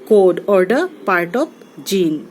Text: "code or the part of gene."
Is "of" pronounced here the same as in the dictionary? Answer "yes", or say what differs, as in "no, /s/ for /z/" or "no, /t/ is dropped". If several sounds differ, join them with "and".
no, /p/ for /v/